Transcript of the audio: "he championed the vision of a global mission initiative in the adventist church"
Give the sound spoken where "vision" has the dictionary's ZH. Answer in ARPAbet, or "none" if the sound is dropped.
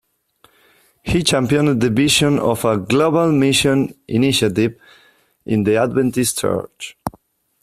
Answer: SH